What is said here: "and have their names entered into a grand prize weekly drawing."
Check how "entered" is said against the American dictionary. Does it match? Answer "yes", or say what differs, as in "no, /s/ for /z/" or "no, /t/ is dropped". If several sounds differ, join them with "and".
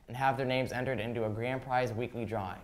yes